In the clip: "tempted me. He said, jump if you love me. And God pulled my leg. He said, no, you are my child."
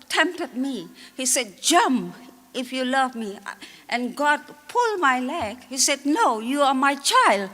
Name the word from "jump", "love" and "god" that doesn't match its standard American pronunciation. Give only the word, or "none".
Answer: jump